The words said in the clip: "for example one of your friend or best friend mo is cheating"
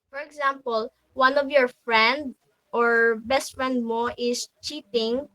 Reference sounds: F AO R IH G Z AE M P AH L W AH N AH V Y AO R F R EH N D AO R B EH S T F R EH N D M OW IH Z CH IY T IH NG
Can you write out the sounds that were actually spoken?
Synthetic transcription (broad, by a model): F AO R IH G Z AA M P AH L W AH N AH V Y AO R F R EH N D AO R B EH S T F R EH N D M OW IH S CH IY T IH NG